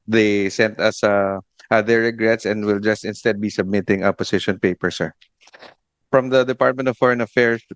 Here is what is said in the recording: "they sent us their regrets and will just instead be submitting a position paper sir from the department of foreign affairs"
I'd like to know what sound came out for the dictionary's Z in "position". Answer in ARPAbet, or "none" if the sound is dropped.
S